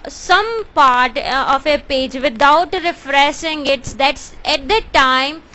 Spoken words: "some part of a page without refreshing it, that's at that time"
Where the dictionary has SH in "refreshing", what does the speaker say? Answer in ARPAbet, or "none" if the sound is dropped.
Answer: S